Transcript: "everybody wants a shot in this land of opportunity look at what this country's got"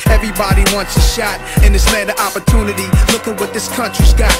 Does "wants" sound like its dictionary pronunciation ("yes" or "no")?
yes